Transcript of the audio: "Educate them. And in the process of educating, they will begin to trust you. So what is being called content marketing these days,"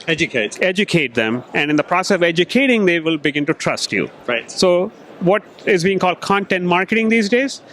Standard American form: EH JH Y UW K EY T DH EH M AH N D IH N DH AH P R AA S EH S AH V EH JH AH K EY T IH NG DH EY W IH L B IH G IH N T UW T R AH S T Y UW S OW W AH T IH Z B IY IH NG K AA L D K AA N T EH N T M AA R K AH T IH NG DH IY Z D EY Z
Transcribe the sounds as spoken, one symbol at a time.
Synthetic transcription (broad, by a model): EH JH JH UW K EY T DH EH M AH N D IH N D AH P R AA S EH S AH V EH JH AH K EY T IH NG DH EY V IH L B IH G IH N T UW T R AH S T Y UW S OW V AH T IH Z B IY IH NG K AA L D K AA N T EH N T M AA R K AH T IH NG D IY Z D EY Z